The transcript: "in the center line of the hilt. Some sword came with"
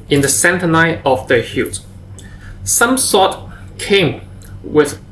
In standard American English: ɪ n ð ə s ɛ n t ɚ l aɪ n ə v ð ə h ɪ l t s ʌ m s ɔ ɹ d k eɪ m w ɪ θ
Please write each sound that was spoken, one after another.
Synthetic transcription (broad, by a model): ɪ n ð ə s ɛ n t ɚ n aɪ ə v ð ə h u t s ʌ m s ɔ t k eɪ m w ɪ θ